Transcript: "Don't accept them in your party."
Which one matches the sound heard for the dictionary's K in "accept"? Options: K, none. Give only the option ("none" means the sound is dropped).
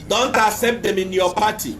none